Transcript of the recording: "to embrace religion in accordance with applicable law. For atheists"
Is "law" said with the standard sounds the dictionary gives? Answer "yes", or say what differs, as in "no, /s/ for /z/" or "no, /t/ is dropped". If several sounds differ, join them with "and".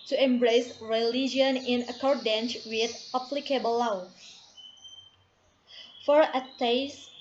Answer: no, /w/ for /l/